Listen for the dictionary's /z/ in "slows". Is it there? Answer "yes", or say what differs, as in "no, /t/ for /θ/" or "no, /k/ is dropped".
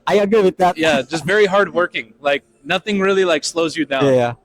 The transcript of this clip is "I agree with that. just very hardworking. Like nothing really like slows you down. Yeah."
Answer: yes